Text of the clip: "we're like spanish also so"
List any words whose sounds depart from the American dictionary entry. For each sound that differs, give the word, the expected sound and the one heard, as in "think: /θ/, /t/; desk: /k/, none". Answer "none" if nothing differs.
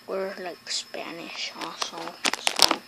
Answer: also: /l/, none